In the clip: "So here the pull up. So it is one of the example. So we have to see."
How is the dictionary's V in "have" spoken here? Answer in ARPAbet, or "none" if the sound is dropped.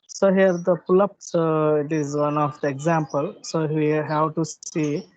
W